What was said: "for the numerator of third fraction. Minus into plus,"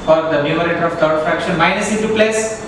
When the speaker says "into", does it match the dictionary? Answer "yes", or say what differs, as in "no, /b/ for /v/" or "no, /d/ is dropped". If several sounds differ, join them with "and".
no, /n/ is dropped